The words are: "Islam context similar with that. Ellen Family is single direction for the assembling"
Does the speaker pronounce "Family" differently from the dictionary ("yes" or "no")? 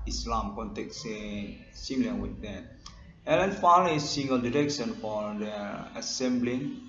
yes